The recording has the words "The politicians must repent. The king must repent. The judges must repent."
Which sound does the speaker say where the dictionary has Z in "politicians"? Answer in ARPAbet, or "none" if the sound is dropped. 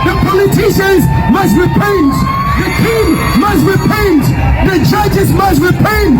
Z